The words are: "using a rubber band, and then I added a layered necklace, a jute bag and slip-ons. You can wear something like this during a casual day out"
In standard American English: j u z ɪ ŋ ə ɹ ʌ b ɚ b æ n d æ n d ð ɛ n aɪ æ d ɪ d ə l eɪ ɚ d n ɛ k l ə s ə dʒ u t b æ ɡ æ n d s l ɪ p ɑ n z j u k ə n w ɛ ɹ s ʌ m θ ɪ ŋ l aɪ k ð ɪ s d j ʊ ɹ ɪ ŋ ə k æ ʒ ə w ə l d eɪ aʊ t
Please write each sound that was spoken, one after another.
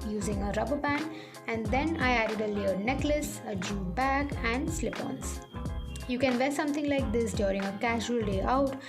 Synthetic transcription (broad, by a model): j u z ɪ ŋ ə ɹ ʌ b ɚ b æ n æ n d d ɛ n aɪ æ d ɪ d ə l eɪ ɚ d n ɛ k l ə s ə dʒ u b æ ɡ æ n d s l ɪ p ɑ n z j u k ə n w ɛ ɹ s ʌ m t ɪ ŋ l aɪ k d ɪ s d j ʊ ɹ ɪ ŋ ə k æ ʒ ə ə l d eɪ aʊ t